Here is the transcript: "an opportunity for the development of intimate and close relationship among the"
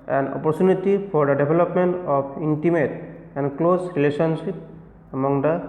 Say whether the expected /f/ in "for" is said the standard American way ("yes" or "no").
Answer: no